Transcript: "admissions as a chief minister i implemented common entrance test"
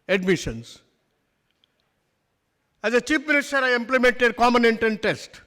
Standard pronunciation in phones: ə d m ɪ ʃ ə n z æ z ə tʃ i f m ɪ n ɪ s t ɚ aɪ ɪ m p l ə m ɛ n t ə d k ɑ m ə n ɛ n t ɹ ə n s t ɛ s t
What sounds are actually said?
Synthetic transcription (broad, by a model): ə d m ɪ ʃ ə n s æ z ə tʃ i p m ɪ n ɪ s t ɚ aɪ ɪ m p l ə m ɛ n t ə d k ɑ m ə n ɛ n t ə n t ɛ s t